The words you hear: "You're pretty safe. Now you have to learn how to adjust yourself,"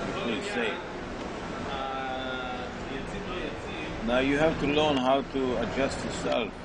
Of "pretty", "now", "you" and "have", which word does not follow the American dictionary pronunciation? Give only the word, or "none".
pretty